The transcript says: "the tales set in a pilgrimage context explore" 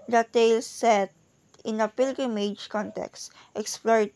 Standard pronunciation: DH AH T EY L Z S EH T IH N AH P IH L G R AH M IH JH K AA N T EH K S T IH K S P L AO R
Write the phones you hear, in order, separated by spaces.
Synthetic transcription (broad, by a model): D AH T EY L S EH T IH N AH P IH L G R AH M IH JH K AA N T EH K S T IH K S P L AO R